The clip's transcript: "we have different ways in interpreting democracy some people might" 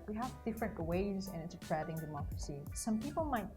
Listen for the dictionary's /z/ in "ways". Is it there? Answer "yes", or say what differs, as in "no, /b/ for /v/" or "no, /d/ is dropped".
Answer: yes